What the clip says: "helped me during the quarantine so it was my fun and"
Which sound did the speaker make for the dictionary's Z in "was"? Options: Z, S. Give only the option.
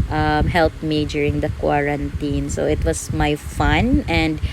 S